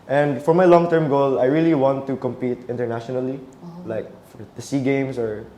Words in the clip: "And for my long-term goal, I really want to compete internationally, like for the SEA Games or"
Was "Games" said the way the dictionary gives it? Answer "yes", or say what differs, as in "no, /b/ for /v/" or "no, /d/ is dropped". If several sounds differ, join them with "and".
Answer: no, /s/ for /z/